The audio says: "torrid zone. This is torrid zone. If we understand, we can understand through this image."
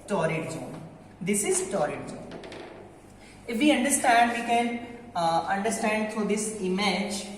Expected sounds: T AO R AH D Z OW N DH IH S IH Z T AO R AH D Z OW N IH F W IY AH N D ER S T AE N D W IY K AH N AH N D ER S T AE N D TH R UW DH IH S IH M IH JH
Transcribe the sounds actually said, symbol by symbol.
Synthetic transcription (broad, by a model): T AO R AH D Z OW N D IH S IH Z T AO R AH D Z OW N IH F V IY AH N D ER S T AE N D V IY K AH N AH N D ER S T AE N D T R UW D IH S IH M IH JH